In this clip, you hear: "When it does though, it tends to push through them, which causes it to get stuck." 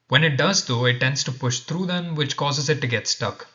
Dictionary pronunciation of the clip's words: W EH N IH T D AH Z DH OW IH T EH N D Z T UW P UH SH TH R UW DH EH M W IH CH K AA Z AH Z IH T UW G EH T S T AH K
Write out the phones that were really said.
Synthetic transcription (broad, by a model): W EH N IH T D AH Z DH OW IH T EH N D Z T UW P UH SH T R UW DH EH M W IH CH K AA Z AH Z IH T UW G EH T S T AH K